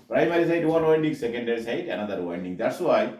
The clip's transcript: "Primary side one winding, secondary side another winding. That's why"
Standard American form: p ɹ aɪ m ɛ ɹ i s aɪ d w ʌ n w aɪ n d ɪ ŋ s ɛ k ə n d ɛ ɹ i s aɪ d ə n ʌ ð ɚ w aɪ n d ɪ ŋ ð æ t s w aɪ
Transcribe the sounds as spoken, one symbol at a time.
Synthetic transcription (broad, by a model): p ɹ aɪ m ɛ ɹ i s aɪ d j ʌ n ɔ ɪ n d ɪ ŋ s ɛ k ə n d ɛ ɹ i s aɪ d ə n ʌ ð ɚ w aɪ n d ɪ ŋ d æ t s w aɪ